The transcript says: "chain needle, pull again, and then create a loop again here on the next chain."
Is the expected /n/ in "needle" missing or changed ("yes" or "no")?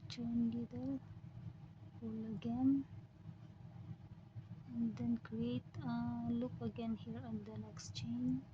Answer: yes